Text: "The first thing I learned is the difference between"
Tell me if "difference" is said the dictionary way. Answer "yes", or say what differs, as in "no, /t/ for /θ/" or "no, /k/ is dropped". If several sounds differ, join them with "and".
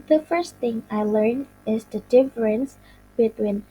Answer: yes